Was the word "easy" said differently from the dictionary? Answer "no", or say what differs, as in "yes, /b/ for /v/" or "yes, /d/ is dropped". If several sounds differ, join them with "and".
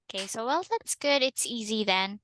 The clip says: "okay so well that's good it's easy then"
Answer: no